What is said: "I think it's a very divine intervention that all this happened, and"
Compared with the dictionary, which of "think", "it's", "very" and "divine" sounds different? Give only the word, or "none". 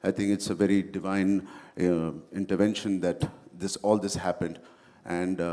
think